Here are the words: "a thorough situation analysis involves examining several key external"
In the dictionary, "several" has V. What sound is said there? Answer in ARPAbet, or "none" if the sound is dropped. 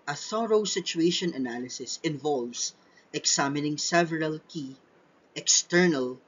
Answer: V